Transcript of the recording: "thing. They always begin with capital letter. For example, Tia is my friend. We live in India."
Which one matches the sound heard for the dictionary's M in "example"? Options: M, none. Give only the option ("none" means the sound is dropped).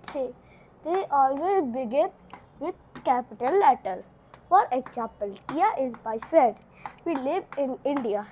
none